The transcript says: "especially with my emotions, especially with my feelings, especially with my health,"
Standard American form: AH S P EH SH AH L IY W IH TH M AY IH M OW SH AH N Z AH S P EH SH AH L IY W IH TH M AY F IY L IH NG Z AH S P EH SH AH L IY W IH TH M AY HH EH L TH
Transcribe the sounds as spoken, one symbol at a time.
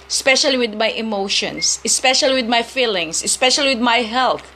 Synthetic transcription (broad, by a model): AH S P EH SH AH L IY W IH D M AY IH M OW SH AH N S AH S P EH SH AH L IY W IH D M AY F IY L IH NG S AH S P EH SH AH L IY W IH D M AY HH EH L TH